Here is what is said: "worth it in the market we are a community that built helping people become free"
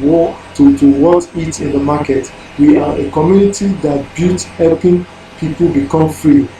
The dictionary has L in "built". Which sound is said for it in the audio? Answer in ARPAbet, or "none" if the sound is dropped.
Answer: none